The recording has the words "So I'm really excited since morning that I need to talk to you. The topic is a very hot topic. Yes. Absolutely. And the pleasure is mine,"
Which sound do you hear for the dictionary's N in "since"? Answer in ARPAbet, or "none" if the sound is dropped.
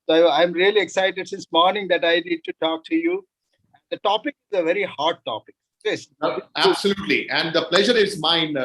none